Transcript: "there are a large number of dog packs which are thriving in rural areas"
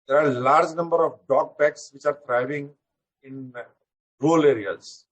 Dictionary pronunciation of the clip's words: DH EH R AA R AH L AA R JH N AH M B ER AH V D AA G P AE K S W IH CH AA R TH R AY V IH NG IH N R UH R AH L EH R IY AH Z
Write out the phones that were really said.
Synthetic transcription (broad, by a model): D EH R AA R L AA R JH N AH M B ER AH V D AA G B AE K S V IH CH AA R T R AY V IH NG IH N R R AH L EH R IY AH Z